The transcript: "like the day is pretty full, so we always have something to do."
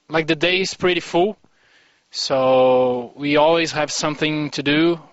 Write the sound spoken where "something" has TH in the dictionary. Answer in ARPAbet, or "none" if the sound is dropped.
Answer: TH